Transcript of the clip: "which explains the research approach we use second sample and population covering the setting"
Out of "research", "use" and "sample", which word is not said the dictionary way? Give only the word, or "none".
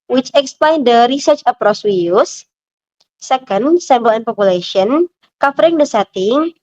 sample